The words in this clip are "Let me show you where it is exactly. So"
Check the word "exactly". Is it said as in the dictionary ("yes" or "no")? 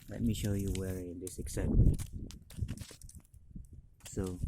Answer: no